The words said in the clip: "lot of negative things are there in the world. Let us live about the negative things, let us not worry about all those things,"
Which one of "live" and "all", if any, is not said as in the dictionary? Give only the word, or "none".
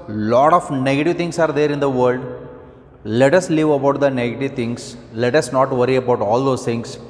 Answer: none